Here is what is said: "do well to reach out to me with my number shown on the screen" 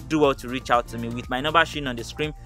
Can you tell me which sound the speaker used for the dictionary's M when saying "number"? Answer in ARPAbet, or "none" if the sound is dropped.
none